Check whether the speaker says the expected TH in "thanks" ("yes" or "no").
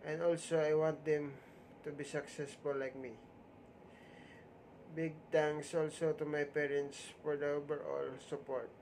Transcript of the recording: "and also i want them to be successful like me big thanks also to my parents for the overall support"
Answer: no